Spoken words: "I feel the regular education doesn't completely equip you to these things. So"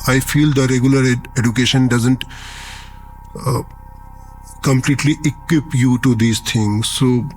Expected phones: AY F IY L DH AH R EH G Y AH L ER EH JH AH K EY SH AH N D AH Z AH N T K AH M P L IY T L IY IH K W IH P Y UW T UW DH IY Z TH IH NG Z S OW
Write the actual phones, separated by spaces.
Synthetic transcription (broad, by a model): AY F IY L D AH R EH G Y AH L ER EH JH AH K EY SH AH N D AH Z AH N T K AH M P L IY T L IY IH K W IH P Y UW T UW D IY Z T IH NG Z S OW